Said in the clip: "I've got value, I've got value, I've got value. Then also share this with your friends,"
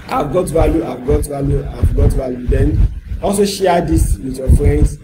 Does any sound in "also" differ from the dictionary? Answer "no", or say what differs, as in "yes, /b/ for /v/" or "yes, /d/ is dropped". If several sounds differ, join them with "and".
no